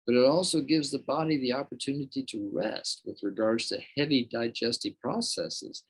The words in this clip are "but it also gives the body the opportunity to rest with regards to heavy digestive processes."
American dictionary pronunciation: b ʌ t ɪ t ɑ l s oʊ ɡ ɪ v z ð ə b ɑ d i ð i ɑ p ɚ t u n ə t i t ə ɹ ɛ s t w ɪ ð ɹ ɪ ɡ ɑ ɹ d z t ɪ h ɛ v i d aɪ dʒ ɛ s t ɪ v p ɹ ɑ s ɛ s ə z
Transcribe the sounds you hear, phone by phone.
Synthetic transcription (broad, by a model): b ʌ t ɪ t ɑ l s oʊ ɡ ɪ v z ð ə b ɑ d i ð i ɑ p ɚ t u n ə t i t ə ɹ ɛ s t w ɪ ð ɹ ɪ ɡ ɑ ɹ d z t ɪ h ɛ v i d aɪ dʒ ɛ s t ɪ p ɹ ɑ s ɛ s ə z